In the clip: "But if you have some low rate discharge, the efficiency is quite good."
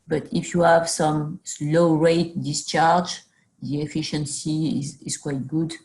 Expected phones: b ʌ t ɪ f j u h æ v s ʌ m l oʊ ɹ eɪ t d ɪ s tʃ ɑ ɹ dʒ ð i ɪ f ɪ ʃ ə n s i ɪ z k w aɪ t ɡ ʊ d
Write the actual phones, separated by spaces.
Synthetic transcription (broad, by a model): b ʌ t ɪ f j u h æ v s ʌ m l oʊ ɹ eɪ t d ɪ s tʃ ɑ ɹ dʒ ð i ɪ f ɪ ʃ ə n s i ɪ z k w aɪ t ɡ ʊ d